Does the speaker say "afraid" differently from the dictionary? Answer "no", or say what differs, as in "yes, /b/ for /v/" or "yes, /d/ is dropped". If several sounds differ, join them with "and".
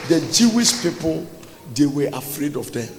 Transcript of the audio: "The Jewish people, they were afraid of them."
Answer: no